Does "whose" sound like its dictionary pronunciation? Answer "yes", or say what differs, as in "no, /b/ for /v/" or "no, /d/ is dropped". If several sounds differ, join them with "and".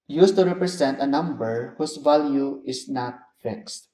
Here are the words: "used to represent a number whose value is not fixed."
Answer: no, /s/ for /z/